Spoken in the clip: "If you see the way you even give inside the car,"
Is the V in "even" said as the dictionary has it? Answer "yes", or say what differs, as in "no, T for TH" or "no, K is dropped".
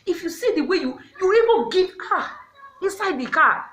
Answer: no, B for V